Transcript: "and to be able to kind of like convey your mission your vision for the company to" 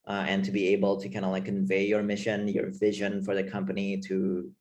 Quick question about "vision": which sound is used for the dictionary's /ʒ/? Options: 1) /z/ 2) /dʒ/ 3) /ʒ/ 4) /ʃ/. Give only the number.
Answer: 3